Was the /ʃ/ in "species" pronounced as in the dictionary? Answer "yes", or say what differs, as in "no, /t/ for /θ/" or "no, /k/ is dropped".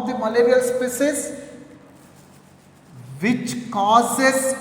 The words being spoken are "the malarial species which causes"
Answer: no, /s/ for /ʃ/